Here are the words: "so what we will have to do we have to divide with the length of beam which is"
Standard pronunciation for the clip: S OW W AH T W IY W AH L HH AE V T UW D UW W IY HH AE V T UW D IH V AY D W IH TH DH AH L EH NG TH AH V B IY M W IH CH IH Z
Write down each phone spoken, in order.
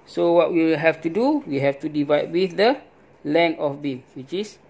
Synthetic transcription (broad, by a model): S OW W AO T W IY HH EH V T UW D UW W IY HH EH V T UW D IH V AY D W IH TH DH AH L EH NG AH F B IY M W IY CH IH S